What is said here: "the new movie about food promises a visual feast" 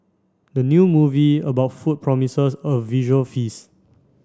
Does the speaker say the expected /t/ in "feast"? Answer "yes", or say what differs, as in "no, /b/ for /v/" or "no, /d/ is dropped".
no, /t/ is dropped